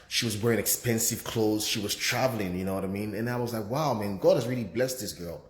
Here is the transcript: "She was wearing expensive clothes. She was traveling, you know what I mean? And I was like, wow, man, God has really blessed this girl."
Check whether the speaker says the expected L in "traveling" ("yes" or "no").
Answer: yes